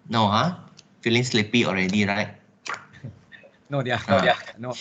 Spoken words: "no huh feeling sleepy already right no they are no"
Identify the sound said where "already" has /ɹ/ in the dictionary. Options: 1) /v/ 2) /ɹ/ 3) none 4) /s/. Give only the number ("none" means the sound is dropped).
2